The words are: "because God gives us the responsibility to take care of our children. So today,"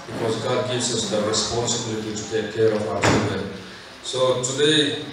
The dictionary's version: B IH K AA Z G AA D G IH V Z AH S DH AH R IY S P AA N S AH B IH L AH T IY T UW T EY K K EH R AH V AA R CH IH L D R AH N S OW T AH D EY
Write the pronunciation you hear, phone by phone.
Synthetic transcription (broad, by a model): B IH K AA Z G AA D G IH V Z AH S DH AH R IY S P AA N S AH B IH L AH T IY T UW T EY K K EH R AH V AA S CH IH N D AH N S OW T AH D EY